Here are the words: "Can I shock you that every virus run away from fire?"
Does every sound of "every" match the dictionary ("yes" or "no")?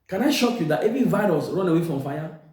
no